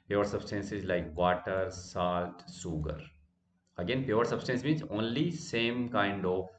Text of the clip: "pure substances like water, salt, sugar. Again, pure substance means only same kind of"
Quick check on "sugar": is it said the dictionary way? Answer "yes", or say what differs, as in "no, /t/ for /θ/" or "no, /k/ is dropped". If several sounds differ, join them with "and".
no, /s/ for /ʃ/